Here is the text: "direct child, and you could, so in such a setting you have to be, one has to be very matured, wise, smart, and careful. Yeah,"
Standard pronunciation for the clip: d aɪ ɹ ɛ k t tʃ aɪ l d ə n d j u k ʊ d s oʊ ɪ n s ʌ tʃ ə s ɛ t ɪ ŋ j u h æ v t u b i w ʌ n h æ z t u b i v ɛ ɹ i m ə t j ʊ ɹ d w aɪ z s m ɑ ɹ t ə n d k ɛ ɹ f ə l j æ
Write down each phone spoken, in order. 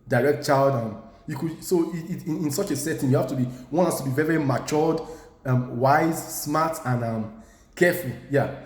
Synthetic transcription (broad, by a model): d aɪ ɹ ɛ k t tʃ aɪ l d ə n j u k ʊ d s oʊ ɪ n s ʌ tʃ ə s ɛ t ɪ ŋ j u h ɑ f t u b i w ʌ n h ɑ s t u b i v ɛ ɹ i m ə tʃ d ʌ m w aɪ z s m ɑ t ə n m k ɛ f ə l j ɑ